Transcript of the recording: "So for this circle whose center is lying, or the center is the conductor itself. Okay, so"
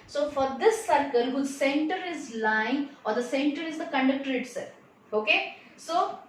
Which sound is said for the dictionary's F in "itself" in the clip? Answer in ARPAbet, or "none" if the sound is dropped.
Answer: none